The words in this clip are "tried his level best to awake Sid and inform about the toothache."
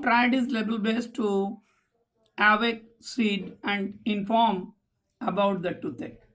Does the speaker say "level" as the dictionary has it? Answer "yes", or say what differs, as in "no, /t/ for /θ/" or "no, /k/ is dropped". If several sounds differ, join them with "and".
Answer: no, /b/ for /v/